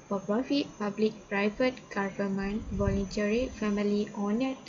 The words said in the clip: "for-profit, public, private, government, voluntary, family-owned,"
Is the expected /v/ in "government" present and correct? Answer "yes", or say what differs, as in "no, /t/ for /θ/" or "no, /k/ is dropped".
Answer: no, /f/ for /v/